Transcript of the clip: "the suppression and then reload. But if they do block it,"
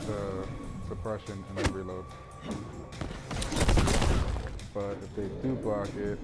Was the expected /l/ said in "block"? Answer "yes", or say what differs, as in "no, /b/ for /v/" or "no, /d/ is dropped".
no, /l/ is dropped